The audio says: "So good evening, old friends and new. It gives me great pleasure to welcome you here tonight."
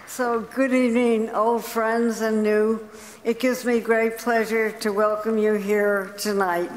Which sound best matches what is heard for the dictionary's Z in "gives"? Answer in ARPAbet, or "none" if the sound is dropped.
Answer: Z